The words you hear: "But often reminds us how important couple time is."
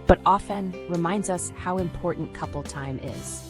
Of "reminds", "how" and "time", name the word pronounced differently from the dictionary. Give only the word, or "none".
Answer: none